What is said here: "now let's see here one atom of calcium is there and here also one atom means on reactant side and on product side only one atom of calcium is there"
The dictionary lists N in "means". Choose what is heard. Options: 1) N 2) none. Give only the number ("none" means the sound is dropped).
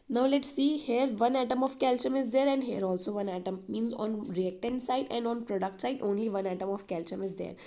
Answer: 1